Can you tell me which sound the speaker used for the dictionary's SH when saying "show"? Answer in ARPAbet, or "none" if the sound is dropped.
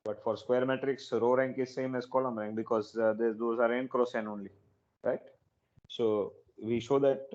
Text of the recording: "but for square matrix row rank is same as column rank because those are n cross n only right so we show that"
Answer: SH